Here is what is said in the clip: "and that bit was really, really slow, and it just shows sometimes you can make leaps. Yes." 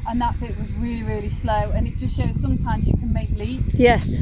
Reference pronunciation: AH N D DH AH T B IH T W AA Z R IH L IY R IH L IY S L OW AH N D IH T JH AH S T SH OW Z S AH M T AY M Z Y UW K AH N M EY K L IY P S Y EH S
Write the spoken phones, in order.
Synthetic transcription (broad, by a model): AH N DH AH T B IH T W AA Z R IH L IY R IH L IY S L OW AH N IH T JH AH S T SH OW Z S AH M T AY M Z Y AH K AH N M EY K L IY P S Y EH S